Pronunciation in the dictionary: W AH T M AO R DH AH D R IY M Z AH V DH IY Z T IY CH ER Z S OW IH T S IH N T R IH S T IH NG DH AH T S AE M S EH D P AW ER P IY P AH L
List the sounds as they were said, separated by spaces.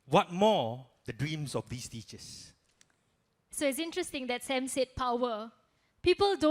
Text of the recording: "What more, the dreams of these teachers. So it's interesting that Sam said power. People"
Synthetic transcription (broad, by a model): W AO T M AO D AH D R IY M S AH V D IY S T IY CH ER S S OW IH T S IH N T R IH S T IH NG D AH T S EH M S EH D P AW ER P IY P AH L